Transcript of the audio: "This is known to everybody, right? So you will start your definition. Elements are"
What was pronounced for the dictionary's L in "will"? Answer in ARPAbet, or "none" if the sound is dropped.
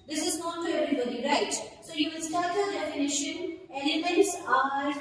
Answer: N